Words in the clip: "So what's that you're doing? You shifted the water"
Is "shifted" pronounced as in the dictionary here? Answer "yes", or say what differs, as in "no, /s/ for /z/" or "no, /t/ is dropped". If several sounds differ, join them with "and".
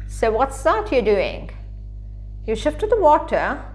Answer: yes